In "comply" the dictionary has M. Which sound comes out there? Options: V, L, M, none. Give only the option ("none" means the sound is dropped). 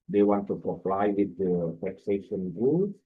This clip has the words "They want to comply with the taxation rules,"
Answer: none